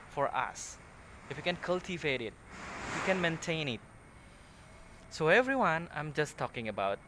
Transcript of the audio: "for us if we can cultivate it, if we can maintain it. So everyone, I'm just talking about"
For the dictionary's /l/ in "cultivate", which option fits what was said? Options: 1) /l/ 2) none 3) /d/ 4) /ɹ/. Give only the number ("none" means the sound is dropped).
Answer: 1